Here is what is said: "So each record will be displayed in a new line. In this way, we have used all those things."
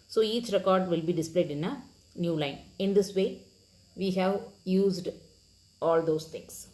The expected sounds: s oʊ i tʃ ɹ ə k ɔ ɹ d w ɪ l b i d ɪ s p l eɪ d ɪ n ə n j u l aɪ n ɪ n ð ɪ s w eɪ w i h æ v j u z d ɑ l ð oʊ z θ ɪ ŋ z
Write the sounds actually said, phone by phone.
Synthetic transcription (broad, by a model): s oʊ i tʃ ɹ ə k ɔ ɹ d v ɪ l b i d ɪ s p l eɪ d ɪ n ə n j u l aɪ n ɪ n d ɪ s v eɪ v i h æ v j u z d ɑ l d oʊ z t ɪ ŋ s